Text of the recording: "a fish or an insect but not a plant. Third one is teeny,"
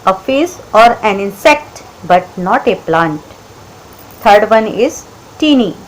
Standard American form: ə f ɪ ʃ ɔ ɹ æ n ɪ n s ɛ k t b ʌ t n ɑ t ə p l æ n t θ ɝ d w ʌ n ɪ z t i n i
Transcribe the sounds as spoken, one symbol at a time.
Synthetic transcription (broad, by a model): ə f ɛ s ɔ ɹ æ n ɪ n s ɛ k t b ʌ t n ɑ t ə p l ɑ n t t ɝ d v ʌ n ɪ z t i n i